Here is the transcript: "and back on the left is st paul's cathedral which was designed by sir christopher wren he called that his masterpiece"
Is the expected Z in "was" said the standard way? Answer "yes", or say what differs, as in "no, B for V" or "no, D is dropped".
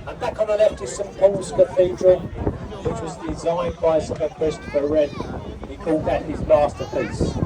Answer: yes